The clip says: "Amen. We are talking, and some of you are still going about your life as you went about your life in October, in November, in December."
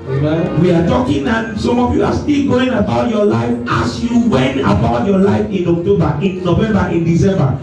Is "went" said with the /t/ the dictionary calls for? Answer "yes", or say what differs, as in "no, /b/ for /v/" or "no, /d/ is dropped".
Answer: no, /t/ is dropped